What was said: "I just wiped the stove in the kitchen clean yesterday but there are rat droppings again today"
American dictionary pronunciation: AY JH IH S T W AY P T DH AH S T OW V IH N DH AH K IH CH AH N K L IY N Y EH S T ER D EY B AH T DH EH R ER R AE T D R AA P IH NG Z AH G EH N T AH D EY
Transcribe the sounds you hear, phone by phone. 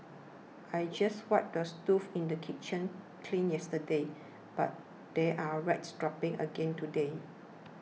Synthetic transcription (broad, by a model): AY JH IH S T W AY T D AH S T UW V IH N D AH K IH CH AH N K L IY N Y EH S T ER D EY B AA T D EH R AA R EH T D R AA P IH NG AH G EH N T AH D EY